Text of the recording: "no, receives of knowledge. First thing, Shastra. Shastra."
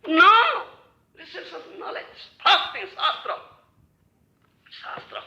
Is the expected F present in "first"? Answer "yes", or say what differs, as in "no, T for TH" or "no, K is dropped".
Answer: no, P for F